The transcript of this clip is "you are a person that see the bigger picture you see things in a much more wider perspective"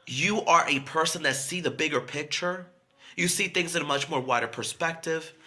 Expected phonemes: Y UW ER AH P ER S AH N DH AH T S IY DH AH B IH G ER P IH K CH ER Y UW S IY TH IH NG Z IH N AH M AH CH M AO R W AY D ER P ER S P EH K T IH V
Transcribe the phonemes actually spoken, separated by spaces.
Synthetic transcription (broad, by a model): Y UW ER AH P ER S AH N DH AH T S IY DH AH B IH G ER P IH K CH ER Y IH S IY TH IH NG Z IH N AH M AH CH M AO R W AY D ER P ER S P EH K T IH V